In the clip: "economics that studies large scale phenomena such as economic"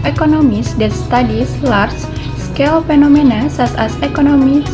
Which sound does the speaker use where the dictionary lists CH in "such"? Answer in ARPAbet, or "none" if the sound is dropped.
S